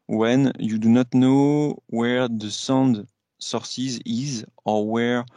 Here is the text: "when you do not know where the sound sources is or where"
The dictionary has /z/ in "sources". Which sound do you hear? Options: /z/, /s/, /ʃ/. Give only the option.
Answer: /z/